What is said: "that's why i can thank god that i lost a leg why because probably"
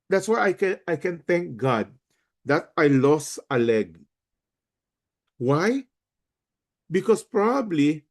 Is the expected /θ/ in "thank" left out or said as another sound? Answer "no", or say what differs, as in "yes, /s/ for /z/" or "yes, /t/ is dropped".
yes, /t/ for /θ/